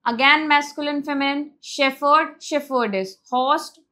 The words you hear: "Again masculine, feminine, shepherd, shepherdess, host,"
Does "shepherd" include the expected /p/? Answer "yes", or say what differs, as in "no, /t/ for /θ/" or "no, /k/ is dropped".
no, /f/ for /p/